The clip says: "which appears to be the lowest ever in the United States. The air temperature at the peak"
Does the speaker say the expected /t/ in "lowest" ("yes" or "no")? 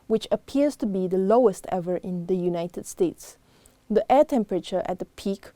yes